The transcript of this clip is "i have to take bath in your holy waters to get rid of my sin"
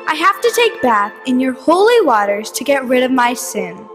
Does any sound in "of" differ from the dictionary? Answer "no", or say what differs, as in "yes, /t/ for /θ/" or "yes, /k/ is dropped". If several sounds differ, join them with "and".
no